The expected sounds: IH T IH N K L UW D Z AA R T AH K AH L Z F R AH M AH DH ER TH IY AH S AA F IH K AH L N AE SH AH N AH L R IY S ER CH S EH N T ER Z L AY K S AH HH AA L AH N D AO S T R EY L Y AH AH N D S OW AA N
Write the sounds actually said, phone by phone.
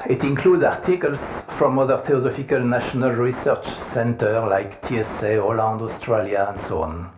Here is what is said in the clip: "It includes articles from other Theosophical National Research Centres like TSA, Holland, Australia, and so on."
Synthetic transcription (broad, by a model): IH T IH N K L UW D AA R T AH K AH L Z F R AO M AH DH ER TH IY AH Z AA F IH K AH L N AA SH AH N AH L R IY S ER CH S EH N T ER L AY K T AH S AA L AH N D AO S T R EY L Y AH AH N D S OW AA N